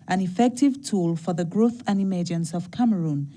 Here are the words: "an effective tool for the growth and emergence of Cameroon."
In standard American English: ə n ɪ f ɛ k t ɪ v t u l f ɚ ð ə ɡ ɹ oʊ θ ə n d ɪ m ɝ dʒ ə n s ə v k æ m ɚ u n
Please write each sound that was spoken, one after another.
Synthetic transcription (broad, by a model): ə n ɪ f ɛ k t ɪ v t u l f ɚ ð ə ɡ ɹ oʊ θ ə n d ɪ m ɝ dʒ ə n s ə v k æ m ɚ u n